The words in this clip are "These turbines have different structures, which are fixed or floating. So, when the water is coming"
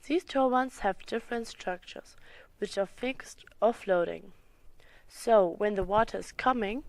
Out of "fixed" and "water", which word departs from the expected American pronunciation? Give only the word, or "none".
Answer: none